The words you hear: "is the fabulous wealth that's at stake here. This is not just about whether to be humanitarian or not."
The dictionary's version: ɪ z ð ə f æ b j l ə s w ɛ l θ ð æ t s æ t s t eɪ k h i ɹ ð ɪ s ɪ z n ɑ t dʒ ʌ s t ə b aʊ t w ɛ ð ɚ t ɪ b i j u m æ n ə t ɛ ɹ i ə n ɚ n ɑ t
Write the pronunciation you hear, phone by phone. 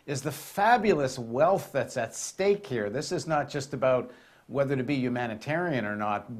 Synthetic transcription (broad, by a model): ɪ z ð ə f æ b j l ə s w ɛ l θ ð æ t s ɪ t s t eɪ k h i ɹ ð ɪ s ɪ z n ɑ t dʒ ʌ s t ə b aʊ t w ɛ ð ɚ t ɪ b i j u m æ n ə t ɛ ɹ i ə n ɚ n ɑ t